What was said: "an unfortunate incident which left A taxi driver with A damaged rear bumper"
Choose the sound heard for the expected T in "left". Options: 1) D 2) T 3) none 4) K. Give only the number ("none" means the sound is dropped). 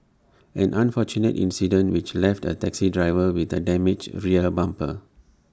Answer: 2